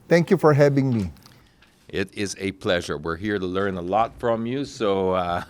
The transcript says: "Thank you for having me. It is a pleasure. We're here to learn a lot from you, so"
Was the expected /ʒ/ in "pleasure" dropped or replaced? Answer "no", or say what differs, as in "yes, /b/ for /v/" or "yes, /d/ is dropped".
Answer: no